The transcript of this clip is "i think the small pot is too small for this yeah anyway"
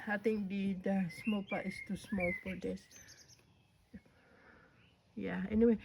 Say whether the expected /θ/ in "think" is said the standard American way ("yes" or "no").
no